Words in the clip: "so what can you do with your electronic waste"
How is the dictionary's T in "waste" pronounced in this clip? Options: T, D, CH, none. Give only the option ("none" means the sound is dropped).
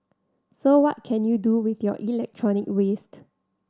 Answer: T